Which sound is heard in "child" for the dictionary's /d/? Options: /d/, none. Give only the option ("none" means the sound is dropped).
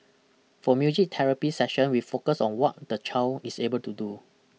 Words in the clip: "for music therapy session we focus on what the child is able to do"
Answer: none